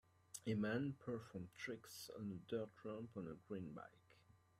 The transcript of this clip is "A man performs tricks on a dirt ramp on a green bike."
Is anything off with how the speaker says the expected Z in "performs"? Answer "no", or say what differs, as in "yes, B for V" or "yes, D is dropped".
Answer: yes, Z is dropped